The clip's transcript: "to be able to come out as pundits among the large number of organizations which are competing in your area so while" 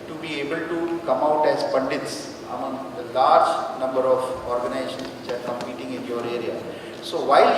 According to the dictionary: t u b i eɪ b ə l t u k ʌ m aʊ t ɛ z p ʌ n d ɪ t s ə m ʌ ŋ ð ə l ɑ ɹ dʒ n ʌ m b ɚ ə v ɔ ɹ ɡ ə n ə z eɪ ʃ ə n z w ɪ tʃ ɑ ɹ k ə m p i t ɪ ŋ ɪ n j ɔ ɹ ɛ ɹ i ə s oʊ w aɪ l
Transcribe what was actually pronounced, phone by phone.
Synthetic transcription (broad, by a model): t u b i eɪ b ə l t u k ʌ m aʊ t ɛ z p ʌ n d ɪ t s ə m ʌ ŋ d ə l ɑ ɹ dʒ n ʌ m b ɚ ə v ɔ ɹ ɡ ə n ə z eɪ ʃ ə n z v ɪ tʃ ɑ ɹ k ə m p i t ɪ ŋ ɪ n j ɔ ɹ ɛ ɹ i ə s oʊ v aɪ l